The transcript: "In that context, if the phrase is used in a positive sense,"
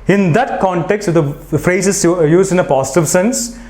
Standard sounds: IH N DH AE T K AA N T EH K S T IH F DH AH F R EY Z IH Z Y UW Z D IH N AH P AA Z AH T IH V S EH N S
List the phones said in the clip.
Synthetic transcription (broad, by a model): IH N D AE T K AA N T EH K S T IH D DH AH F R EY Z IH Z Y UW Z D IH N AH P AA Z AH T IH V S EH N S